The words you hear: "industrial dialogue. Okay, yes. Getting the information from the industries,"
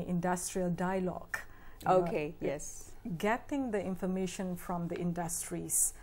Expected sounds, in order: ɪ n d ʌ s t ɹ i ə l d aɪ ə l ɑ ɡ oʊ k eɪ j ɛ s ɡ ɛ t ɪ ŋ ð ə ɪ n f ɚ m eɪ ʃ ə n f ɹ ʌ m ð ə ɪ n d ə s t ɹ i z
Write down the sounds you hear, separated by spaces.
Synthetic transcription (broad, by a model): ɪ n d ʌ s t ɹ i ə l d aɪ ə l ɑ ɡ oʊ k eɪ j ɛ s ɡ ɛ t ɪ ŋ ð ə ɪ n f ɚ m eɪ ʃ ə n f ɹ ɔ m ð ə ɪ n d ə s t ɹ i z